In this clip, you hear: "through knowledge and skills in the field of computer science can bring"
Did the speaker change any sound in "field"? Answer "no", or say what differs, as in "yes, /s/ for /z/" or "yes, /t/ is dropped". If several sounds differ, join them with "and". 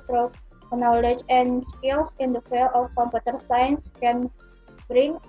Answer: yes, /d/ is dropped